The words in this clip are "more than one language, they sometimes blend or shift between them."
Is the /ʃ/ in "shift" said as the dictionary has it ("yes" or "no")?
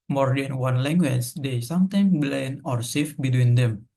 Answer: no